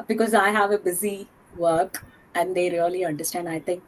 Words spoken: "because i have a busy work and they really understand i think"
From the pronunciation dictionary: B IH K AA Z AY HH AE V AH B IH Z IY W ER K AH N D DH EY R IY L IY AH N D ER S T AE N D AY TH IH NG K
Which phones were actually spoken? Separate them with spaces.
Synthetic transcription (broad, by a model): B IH K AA Z AY HH AE V AH B IH Z IY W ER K AH N D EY R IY L IY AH N D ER S T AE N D AY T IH NG K